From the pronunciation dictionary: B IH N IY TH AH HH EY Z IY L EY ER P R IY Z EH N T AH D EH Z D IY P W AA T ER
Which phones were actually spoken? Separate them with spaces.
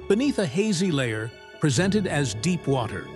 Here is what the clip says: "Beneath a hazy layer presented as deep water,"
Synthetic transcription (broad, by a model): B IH N IY TH AH HH EY Z IY L EY ER P R IY Z EH N T AH D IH Z D IY P W AA T ER